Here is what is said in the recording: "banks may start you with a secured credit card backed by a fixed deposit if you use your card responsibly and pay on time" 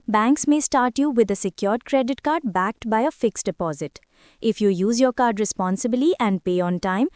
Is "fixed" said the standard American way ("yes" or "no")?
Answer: yes